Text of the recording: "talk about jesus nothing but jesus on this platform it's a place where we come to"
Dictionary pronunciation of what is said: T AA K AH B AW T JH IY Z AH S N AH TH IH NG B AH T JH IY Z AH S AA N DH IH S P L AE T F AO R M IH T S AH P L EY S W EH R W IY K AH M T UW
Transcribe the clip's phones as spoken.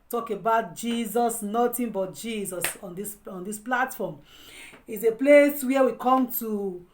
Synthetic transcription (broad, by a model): T AA K AH B AW T JH IY Z AH S N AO T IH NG B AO T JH IY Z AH S AA N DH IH S P L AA T F AO M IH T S AH P L EY S W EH W IY K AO M T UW